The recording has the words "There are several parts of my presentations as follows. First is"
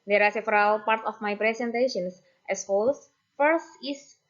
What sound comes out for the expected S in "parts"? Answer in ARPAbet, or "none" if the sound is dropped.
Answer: none